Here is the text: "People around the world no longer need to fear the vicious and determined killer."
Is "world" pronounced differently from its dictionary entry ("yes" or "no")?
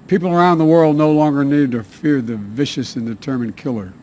no